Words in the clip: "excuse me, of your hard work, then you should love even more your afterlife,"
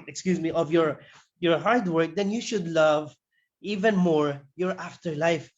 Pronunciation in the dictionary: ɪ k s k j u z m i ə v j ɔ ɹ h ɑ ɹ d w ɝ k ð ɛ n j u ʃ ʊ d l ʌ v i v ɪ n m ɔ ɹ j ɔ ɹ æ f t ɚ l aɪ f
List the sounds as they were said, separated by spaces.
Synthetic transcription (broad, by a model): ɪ k s k j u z m i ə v j ɔ ɹ h ɑ ɹ d w ɝ k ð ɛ n j u ʃ ʊ d l ʌ v i v ɪ n m ɔ ɹ j ɔ ɹ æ f t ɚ l aɪ f